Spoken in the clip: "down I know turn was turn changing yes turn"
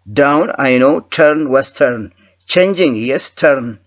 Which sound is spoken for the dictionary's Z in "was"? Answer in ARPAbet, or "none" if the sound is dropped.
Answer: S